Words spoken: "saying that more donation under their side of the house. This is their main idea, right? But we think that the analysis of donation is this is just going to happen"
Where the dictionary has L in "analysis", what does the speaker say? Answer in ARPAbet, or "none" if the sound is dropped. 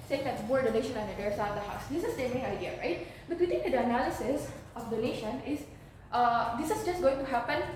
L